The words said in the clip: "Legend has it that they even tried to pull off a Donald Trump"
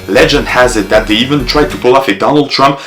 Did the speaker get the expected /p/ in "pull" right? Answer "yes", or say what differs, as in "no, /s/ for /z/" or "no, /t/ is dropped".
yes